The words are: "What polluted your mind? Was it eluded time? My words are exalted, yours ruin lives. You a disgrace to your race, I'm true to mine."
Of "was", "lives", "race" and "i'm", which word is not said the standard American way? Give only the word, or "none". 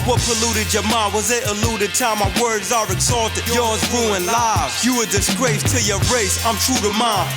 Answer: lives